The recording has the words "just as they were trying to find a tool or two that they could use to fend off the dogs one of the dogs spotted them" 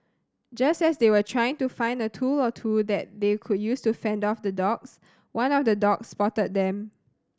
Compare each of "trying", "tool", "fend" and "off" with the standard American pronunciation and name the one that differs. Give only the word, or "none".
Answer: none